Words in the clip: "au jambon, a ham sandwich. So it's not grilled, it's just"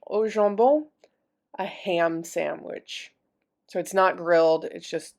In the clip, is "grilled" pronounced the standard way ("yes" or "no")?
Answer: yes